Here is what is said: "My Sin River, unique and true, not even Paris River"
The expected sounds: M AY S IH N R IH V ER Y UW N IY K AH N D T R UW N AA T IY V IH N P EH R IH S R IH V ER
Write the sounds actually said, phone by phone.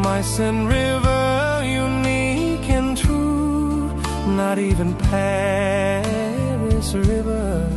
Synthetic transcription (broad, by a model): M AY S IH N R IH V ER Y UW N IY K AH N T UW N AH T IY V IH N P EH R IH S R IH V ER